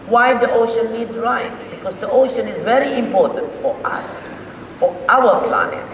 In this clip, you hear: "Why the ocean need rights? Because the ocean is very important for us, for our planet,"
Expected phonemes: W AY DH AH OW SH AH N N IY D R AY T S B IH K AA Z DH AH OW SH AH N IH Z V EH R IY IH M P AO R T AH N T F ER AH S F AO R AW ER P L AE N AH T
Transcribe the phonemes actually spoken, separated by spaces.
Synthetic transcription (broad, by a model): W AY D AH OW SH AH N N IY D R AY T B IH K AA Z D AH OW SH AH N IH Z V EH R IY IH M P AO R T AH N T F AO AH S F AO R AW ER P L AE N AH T